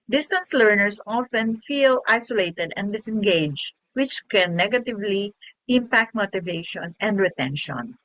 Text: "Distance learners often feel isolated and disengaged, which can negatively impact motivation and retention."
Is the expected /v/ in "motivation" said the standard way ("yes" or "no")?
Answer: yes